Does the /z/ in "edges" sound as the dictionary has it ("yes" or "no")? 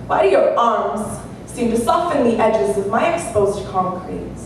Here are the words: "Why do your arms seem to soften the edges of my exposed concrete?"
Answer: yes